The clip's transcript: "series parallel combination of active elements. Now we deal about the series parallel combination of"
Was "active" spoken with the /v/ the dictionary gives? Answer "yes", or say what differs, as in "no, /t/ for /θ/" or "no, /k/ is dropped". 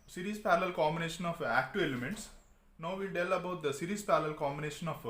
no, /v/ is dropped